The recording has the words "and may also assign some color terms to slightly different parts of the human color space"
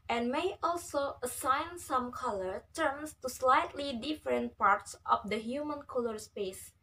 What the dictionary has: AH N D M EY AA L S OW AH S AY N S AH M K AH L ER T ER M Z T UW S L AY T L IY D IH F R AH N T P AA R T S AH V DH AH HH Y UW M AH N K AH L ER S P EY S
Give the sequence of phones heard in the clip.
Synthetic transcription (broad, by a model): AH N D M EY AA L S OW AH S AY N S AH M K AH L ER T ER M S T UW S L AY T L IY D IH F R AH N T P AA R T S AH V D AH HH Y UW M AH N K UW L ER S P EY S